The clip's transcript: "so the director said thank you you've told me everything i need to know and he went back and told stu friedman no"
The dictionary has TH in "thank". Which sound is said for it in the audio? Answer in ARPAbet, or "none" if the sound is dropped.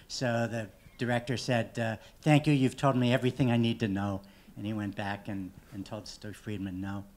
TH